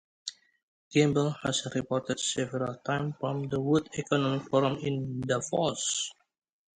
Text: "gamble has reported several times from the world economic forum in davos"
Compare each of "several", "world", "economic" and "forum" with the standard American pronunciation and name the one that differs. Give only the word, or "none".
world